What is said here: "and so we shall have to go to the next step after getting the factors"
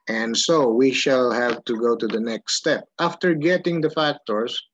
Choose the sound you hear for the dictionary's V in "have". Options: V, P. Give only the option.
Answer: P